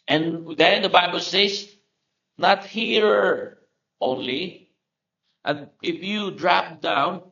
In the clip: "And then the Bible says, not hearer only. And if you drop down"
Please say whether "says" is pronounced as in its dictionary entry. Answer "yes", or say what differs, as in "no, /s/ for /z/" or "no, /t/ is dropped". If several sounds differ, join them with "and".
no, /s/ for /z/